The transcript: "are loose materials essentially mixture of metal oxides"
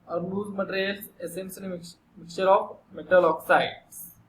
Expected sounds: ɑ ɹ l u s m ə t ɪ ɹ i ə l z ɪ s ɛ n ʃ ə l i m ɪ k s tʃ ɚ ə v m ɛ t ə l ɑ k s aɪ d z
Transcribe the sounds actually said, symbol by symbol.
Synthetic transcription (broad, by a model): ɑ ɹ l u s m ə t ɹ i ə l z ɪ s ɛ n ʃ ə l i m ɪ k tʃ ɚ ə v m ɛ t ə l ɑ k s aɪ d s